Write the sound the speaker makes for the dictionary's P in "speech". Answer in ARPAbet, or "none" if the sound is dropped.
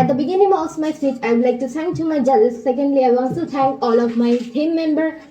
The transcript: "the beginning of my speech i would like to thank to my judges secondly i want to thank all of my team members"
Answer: none